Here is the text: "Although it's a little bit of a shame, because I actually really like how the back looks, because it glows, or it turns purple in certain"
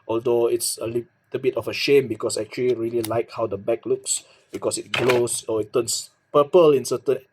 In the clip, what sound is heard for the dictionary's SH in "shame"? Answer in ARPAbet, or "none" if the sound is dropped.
SH